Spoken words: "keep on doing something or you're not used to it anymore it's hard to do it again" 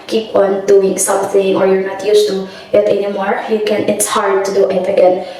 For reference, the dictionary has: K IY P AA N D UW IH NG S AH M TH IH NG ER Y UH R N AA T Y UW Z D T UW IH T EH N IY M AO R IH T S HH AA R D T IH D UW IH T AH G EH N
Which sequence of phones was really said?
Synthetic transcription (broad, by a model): K IY P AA N D UW IH NG S AH M TH IH NG ER Y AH R N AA T Y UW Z T UW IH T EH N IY M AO R IH T S HH AA R D T IH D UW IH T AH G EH N